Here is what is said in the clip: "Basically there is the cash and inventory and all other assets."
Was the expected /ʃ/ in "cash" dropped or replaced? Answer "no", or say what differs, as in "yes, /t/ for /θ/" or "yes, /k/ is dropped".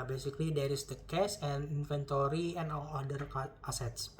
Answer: yes, /s/ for /ʃ/